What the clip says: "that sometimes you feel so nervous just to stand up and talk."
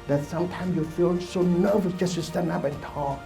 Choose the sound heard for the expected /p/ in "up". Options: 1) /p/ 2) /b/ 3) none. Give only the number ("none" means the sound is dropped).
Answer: 2